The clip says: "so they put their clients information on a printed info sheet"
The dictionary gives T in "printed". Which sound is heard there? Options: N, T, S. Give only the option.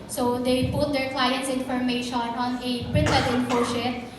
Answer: S